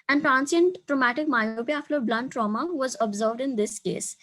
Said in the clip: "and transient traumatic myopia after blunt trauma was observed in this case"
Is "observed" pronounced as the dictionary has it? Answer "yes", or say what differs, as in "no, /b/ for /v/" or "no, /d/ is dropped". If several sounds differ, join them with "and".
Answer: yes